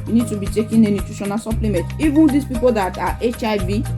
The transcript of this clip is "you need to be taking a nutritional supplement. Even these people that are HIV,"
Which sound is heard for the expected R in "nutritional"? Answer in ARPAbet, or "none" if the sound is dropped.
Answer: none